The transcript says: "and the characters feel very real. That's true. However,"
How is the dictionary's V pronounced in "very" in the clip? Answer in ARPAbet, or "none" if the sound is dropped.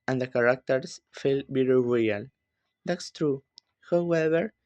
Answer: B